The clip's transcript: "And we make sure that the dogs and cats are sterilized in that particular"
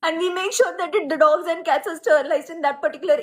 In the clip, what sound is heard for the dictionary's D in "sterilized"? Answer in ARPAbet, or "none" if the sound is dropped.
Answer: none